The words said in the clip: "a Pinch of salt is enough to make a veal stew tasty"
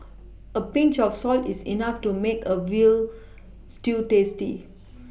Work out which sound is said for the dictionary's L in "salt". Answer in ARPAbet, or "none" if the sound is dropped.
L